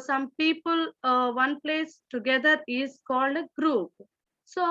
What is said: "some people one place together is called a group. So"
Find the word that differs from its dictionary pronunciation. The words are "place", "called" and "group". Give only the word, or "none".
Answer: none